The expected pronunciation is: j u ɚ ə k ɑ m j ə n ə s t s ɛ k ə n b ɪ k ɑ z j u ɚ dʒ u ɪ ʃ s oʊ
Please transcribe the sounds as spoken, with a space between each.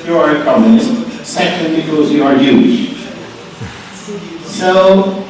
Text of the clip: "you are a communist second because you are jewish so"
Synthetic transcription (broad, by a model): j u ɚ ə k ɑ m j ə n ə s t s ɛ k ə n b ɪ k ɑ z j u ɚ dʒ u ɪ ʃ s oʊ